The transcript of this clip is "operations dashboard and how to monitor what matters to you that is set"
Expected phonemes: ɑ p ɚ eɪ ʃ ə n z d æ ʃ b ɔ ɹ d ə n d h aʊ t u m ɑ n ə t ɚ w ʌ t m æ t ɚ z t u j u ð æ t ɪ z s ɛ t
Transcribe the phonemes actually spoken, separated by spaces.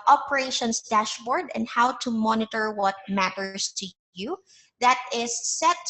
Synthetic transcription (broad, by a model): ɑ p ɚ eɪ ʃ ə n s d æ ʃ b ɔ ɹ d ə n d h aʊ t u m ɑ n ə t ɚ w ʌ t m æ t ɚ s t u j u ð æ t ɪ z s ɛ t